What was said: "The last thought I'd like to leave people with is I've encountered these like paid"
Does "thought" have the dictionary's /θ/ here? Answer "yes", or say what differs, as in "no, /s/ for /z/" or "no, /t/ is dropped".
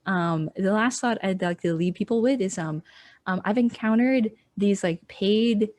yes